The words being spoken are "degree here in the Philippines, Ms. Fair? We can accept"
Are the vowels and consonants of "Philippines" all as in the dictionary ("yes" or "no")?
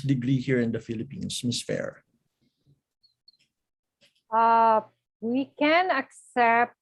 no